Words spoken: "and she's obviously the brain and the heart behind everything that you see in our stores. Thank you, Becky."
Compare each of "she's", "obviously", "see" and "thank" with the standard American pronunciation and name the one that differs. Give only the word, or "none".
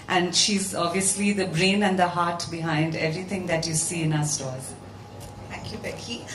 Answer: thank